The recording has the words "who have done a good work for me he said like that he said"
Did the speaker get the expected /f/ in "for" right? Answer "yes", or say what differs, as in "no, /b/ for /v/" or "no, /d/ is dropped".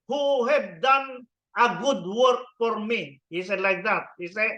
yes